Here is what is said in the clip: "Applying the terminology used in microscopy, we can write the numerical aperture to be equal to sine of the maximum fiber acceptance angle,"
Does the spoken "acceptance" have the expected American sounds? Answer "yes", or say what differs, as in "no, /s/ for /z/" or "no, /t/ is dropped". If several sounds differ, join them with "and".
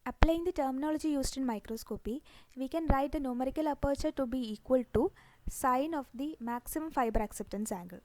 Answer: yes